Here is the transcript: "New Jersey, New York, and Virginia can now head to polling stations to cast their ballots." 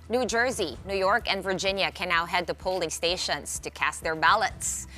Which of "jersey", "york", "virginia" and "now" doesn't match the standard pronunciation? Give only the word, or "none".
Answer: none